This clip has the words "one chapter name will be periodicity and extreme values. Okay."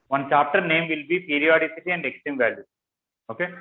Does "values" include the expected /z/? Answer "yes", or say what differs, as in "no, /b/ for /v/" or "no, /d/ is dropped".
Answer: no, /z/ is dropped